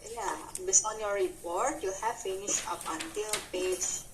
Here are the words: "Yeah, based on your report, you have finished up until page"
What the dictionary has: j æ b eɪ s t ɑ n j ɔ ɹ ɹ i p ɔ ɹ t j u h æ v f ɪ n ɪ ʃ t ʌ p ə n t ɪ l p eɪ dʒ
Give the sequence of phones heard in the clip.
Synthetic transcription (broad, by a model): j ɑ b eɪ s ɑ n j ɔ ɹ ɹ i p ɔ ɹ t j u h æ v f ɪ n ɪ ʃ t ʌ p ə n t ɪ l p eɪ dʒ